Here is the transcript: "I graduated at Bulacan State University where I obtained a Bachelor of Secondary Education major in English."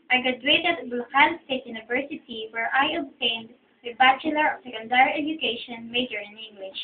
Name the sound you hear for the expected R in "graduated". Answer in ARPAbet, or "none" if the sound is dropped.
none